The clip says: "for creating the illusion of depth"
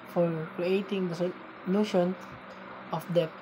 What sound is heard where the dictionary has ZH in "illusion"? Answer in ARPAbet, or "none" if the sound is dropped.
SH